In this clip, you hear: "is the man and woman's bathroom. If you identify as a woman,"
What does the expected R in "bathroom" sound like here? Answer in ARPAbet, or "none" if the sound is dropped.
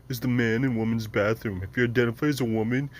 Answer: R